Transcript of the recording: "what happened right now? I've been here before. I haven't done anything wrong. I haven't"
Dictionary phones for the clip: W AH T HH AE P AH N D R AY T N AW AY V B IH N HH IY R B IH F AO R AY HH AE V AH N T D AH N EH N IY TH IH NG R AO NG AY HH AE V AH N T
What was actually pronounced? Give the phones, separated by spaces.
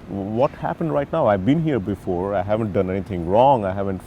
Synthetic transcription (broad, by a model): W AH T HH AE P AH N D R AY T N AW AY V B IH N HH IY R B IH F AO R AY HH AE V AH N T D AH N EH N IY T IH NG R AO NG AY HH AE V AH N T